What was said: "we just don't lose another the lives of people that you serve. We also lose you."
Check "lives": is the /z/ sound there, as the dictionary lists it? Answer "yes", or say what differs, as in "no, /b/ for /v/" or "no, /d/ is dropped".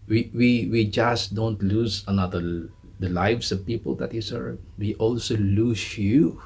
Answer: no, /s/ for /z/